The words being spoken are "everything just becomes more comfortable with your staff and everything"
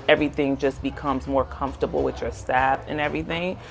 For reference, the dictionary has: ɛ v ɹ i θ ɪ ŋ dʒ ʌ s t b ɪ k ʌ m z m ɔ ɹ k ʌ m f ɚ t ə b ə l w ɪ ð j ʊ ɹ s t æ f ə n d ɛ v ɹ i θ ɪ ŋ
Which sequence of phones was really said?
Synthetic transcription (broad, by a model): ɛ v ɹ i θ ɪ ŋ dʒ ʌ s b ɪ k ʌ m z m ɔ ɹ k ʌ m f t ə b l w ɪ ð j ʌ ɹ s t æ f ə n ɛ v ɹ i θ ɪ ŋ